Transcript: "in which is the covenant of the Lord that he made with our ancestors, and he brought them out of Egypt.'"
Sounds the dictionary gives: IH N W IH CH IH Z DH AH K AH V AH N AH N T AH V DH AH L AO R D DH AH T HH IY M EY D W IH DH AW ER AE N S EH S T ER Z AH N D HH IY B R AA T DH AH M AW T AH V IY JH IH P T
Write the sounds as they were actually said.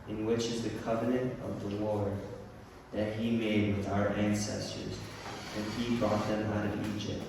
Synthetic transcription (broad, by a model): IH N W IH CH IH Z DH AH K AH V AH N AH N T AH V DH AH W AO R DH AH T HH IY M EY D W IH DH AW ER AE N S EH S T ER Z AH N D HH IY B R AA T DH AH M AW T AH V IY JH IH P T